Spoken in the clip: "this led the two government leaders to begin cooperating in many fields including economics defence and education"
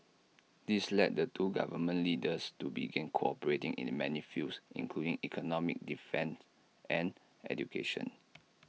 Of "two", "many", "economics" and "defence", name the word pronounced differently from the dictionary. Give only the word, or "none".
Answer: economics